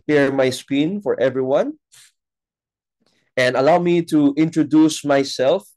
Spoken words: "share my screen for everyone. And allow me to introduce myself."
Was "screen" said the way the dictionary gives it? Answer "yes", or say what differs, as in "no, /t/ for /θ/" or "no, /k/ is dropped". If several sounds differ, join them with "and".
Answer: no, /ɹ/ is dropped